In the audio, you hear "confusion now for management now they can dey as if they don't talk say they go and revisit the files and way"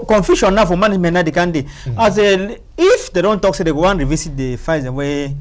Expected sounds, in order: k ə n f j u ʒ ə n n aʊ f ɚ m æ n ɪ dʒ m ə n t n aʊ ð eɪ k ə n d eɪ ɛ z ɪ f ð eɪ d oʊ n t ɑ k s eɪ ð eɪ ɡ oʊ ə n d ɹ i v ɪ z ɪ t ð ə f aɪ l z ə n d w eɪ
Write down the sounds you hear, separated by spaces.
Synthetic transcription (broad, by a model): k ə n f j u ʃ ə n n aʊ f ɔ m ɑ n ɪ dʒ m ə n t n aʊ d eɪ k ə n d eɪ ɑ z ɪ f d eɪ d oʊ n t ɑ k s eɪ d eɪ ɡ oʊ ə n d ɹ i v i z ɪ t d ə f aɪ z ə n w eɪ